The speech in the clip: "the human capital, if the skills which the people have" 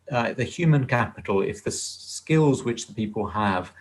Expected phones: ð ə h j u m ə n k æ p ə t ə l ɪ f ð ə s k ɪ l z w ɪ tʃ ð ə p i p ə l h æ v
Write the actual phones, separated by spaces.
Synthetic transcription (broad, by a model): ð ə h j u m ə n k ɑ p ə t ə l ɪ f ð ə s k ɪ l z w ɪ tʃ ð ə p i p ə l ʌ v